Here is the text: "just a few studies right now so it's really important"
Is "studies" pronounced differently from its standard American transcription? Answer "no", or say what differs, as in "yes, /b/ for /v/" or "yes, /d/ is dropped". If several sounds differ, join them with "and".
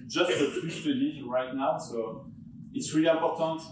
yes, /z/ is dropped